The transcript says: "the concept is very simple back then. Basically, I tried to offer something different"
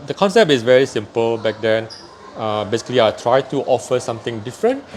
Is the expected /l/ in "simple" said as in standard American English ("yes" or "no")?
yes